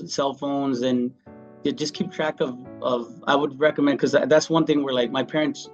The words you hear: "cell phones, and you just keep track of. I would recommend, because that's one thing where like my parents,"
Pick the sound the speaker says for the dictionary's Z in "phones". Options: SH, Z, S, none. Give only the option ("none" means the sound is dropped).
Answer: Z